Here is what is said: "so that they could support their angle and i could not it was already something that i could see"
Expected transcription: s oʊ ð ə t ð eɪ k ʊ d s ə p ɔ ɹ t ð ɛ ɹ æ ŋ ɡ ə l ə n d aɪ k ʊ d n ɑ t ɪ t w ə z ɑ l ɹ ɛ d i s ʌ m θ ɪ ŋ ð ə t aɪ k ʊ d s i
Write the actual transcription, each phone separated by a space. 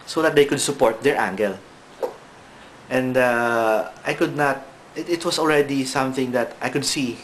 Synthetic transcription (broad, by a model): s oʊ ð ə t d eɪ k ʊ d s ə p ɔ ɹ t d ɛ ɹ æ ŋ ɡ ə l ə n d aɪ k ʊ d n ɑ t ɪ t w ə s ɑ l ɹ ɛ d i s ʌ m θ ɪ ŋ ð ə t aɪ k ʊ d s i